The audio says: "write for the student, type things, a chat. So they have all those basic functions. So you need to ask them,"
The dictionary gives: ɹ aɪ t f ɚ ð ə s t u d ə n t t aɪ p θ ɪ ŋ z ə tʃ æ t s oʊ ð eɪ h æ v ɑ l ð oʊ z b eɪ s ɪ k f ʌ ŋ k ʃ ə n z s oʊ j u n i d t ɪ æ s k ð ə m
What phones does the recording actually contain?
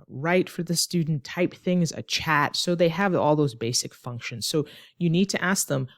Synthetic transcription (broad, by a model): ɹ aɪ t f ɚ ð ə s t u d n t t aɪ p θ ɪ ŋ z ə tʃ æ t s oʊ ð eɪ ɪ v ɑ l ð oʊ z b eɪ s ɪ k f ʌ ŋ k ʃ ə n z s oʊ j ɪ n i d t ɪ æ s k ð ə m